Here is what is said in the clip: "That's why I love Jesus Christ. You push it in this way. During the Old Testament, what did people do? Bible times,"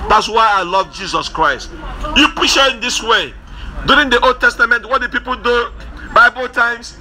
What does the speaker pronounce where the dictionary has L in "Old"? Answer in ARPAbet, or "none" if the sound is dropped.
L